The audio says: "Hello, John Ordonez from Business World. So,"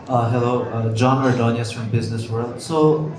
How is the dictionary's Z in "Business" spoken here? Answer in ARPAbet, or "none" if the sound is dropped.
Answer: Z